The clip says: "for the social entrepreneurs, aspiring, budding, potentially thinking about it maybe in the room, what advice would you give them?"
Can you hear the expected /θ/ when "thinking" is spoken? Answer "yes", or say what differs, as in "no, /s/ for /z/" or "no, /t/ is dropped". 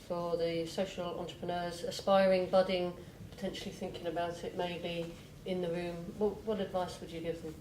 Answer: yes